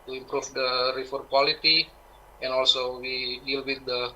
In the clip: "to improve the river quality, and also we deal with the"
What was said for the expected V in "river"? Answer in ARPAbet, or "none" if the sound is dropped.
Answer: F